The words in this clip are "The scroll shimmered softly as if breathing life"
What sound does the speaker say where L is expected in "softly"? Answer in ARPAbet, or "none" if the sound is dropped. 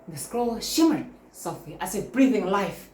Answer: none